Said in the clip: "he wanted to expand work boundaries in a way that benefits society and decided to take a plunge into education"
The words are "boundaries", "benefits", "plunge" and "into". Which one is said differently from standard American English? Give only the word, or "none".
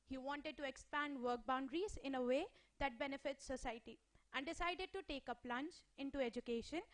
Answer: plunge